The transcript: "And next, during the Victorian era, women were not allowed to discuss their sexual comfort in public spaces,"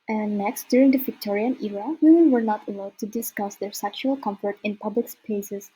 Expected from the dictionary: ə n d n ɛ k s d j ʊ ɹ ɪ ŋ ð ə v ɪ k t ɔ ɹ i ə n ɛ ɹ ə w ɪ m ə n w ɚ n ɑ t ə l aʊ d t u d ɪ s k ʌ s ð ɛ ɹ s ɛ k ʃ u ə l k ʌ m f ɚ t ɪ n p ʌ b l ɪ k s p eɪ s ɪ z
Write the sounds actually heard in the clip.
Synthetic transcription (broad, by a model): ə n n ɛ k s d j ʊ ɹ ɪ ŋ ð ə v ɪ k t ɔ ɹ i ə n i ɹ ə w ɪ m ə n w ɚ n ɑ t ə l aʊ d t u d ɪ s k ʌ s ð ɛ ɹ s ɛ k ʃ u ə l k ʌ m f ɚ t ɪ n p ʌ b l ɪ k s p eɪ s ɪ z